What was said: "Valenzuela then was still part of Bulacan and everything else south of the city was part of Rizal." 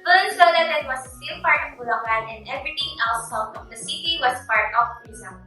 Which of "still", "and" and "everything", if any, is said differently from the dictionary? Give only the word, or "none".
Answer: everything